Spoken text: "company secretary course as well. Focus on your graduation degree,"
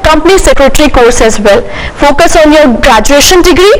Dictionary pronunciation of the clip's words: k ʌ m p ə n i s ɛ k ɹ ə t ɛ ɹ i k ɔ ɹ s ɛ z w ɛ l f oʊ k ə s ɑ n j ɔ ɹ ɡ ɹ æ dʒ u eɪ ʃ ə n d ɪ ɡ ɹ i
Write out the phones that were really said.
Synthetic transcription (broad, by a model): k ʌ m p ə n i s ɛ k ɹ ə t ɹ i k ɔ ɹ s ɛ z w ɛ l f oʊ k ə s ɑ n j ɔ ɹ ɡ ɹ æ dʒ u eɪ ʃ ə n d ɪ ɡ ɹ i